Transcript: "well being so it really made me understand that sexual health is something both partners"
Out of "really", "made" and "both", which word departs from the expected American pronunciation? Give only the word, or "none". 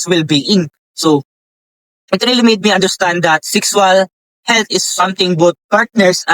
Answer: both